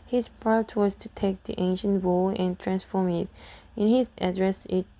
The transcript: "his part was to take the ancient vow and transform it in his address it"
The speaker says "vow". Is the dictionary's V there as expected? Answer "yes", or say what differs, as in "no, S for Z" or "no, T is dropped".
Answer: no, W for V